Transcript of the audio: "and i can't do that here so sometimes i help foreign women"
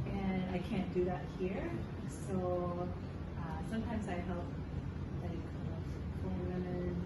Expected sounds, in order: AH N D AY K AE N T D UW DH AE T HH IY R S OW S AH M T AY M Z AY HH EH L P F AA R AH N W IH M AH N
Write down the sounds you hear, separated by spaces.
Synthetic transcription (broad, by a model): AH N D AY K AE N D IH DH AE T HH IY R S OW S AH M T AY M Z AY HH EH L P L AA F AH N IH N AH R